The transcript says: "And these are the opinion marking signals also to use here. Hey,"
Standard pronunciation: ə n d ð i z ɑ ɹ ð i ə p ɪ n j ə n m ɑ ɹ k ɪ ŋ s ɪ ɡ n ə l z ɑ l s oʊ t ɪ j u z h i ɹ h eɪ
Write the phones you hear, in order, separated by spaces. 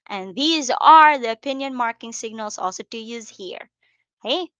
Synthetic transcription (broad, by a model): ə n ð i z ɑ ɹ ð i ə p ɪ n j ə n m ɑ ɹ k ɪ ŋ s ɪ ɡ n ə l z ɑ l s oʊ t ɪ j u z h i ɹ h eɪ